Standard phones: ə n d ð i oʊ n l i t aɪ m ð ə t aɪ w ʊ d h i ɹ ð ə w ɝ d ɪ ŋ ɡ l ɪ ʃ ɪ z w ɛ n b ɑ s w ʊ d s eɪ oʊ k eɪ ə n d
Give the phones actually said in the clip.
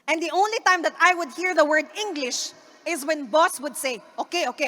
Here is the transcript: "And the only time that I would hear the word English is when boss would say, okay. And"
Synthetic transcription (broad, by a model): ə n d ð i oʊ n l i t aɪ m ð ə t aɪ w ʊ d h i ɹ ð ə w ɝ d ɪ ŋ ɡ l ɪ ʃ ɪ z w ɛ n b ɑ s w ʊ d s eɪ oʊ k eɪ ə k